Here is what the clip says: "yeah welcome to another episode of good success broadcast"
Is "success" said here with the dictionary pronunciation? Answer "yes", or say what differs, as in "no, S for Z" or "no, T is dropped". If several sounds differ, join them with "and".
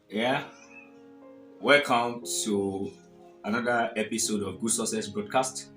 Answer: no, K is dropped